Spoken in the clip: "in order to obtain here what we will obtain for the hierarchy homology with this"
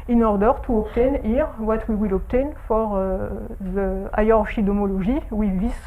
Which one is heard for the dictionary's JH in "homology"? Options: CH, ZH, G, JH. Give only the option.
ZH